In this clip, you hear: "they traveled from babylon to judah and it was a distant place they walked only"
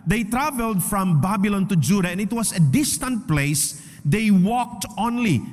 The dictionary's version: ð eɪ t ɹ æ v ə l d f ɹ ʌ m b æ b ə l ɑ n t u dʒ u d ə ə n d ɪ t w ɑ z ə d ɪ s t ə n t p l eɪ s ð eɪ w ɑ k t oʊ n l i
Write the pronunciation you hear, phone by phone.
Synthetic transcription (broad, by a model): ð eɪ t ɹ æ v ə l d f ɹ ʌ m b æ b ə l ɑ n t u dʒ u d ə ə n ɪ t w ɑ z ə d ɪ s t ə n t p l eɪ s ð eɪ w ɑ k t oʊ n l i